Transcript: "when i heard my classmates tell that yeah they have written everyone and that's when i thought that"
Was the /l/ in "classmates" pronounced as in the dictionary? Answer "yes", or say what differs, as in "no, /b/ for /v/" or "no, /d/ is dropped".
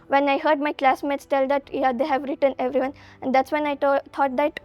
yes